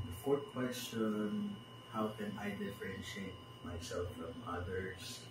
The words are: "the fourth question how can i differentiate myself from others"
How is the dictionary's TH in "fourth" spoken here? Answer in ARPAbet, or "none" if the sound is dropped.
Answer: T